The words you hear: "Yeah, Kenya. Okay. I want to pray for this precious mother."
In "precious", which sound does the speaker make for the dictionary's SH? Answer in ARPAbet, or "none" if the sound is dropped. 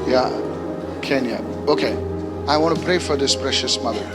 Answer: SH